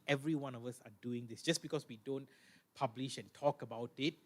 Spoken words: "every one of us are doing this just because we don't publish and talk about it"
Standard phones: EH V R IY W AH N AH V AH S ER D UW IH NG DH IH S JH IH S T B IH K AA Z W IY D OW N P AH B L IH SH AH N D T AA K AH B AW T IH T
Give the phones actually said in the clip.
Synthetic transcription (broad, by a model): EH V R IY W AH N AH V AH S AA D UW IH NG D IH S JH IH S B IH K AA S W IY D OW N P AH B L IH SH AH N T AA K AH B AW T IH T